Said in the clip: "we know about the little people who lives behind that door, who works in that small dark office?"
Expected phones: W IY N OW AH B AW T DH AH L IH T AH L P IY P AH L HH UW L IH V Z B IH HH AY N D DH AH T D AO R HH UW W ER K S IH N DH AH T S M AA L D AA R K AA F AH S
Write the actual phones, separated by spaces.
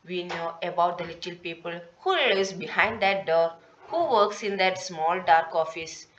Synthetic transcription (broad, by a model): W IY N OW AH B AW T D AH L IH T AH L P IY P AH L HH UW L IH Z B IH HH AY N D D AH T D AO R HH UW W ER K S IH N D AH T S M AA L D AA R K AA F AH S